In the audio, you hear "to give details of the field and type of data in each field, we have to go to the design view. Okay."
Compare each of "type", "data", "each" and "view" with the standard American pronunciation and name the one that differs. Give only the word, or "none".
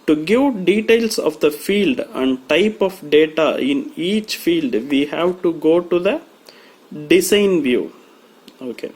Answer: none